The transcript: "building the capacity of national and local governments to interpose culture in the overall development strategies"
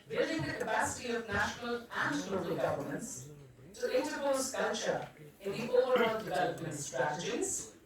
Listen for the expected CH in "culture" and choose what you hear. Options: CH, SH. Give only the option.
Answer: CH